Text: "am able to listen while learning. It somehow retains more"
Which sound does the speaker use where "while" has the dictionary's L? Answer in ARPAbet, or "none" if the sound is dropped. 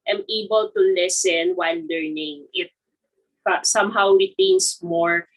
N